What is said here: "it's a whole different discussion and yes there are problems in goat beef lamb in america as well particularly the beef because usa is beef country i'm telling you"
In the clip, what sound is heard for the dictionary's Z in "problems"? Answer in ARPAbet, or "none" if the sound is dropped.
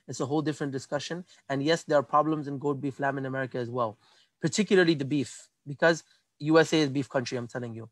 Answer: Z